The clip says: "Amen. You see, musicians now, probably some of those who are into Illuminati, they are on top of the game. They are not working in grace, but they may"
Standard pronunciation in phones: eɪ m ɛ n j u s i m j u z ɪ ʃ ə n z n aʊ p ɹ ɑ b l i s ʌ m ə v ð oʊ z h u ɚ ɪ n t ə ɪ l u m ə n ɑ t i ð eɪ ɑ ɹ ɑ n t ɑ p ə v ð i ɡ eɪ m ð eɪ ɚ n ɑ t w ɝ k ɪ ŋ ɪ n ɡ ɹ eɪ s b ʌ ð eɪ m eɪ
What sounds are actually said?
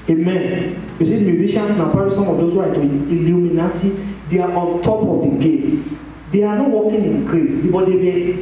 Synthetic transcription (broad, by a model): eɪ m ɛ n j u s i m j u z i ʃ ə n s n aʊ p ɑ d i s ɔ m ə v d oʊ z h u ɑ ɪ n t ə ɪ l u m ə n ɑ t i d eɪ ɑ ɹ ɑ n t ɑ p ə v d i ɡ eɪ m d eɪ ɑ n ɑ t w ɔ k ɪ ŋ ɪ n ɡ ɹ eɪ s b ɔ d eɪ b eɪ